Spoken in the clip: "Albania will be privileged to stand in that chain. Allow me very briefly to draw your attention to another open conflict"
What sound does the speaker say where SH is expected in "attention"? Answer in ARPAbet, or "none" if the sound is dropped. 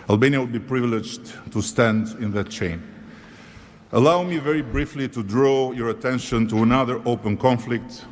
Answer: SH